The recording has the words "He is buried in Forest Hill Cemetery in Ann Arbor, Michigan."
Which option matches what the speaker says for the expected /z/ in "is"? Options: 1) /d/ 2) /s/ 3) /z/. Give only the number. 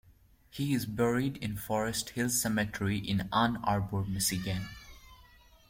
3